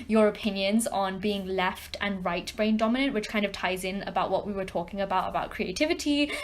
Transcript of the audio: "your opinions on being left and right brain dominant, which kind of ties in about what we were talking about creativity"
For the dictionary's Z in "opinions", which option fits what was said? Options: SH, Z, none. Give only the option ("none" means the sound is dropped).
Z